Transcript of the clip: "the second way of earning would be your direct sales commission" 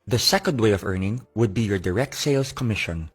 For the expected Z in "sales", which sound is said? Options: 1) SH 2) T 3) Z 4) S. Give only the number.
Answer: 4